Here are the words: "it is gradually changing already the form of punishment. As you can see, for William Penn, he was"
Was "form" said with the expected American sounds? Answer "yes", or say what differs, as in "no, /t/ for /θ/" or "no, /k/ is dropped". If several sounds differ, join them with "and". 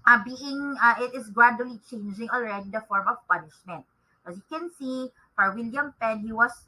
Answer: yes